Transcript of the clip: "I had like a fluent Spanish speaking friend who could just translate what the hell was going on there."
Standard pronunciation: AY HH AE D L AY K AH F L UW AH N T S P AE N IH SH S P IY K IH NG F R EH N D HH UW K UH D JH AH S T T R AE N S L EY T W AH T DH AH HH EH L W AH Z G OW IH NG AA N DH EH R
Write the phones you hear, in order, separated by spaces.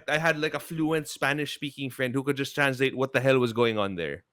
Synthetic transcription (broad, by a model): AY HH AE D L AY K AH F L UW AH N T S P AE N IH SH S P IY K IH NG F R EH N D HH UW K UH D JH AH S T T R AE N S L EY T W AH T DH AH HH EH L W AH Z G OW IH NG AA N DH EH R